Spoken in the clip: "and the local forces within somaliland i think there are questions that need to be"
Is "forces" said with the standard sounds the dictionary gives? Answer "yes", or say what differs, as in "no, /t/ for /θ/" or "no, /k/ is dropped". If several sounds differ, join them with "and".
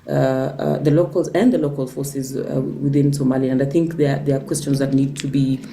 yes